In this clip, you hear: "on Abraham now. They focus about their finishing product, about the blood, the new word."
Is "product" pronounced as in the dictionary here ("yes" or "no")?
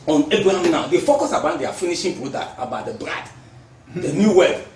no